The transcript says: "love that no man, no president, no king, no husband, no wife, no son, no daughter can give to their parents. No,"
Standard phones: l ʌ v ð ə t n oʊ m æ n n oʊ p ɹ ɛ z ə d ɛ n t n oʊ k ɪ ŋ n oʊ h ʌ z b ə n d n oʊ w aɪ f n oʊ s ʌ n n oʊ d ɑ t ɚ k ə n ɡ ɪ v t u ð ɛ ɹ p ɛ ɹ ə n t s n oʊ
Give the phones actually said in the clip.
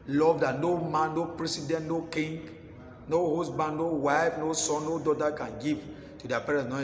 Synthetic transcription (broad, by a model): l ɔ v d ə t n oʊ m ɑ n n oʊ p ɹ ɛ s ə d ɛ n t n oʊ k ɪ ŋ n oʊ h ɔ s b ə n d n oʊ w aɪ f n oʊ s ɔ n n oʊ d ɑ t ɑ k ə n ɡ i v t u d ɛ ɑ p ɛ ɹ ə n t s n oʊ